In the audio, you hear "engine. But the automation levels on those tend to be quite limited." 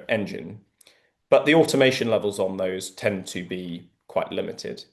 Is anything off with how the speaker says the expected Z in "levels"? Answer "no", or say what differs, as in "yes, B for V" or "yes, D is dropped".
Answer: no